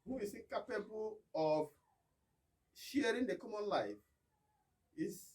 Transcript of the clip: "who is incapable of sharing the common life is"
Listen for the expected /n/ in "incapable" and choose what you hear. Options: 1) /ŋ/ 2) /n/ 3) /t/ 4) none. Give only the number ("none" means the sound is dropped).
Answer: 4